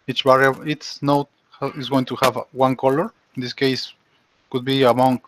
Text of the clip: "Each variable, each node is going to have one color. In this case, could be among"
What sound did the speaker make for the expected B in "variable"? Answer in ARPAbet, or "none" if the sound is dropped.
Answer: none